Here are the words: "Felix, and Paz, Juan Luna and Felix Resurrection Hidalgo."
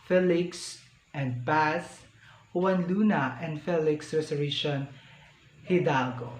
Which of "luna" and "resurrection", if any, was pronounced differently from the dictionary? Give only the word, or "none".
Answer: resurrection